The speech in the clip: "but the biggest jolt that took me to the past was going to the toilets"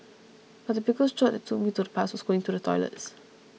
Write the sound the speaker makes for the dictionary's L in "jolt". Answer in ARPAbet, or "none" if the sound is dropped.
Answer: none